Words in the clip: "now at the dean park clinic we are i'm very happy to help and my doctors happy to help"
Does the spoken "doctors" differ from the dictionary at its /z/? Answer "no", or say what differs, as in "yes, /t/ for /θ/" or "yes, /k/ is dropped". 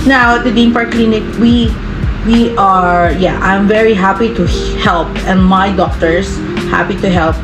yes, /s/ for /z/